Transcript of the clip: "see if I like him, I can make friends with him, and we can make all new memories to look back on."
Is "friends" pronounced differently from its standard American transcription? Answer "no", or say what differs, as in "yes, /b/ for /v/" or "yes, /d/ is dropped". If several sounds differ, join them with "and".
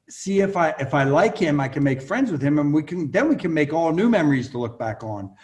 no